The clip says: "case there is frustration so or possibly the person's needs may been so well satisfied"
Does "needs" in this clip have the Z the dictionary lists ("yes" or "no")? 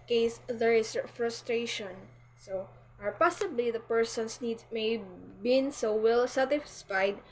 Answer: no